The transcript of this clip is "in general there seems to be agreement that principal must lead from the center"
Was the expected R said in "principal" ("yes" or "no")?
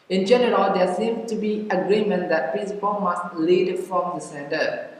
no